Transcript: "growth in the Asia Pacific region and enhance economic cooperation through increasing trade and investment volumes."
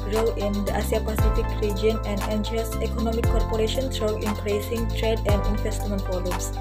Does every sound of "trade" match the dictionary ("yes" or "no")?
yes